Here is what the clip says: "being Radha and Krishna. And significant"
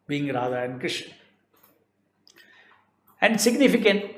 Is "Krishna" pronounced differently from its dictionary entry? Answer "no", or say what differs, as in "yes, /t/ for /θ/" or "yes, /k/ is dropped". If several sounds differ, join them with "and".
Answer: yes, /n/ is dropped